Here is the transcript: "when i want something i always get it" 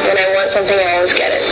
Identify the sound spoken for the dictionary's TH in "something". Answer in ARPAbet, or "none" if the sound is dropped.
TH